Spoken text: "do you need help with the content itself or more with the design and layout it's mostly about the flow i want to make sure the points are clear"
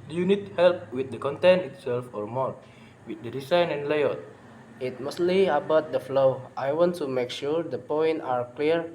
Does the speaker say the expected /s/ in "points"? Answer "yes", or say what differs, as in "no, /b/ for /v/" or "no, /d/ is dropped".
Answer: no, /s/ is dropped